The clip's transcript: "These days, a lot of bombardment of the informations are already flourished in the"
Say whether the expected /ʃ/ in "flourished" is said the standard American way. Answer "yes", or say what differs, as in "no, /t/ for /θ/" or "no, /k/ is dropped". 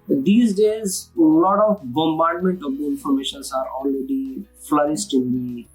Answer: no, /s/ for /ʃ/